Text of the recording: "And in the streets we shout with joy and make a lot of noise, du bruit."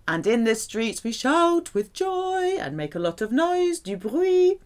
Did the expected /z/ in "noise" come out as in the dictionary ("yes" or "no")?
yes